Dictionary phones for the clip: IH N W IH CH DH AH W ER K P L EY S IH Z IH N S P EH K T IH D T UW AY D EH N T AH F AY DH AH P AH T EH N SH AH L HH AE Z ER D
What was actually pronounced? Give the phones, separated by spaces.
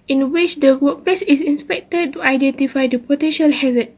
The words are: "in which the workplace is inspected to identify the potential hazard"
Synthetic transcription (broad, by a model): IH N W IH CH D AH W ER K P EY S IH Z IH N S P EH K T IH D T UW AY D EH N T AH F AY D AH P AH T EH N SH AH L HH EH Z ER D